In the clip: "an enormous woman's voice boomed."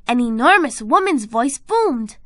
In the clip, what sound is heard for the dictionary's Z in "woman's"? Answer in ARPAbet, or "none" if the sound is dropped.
Z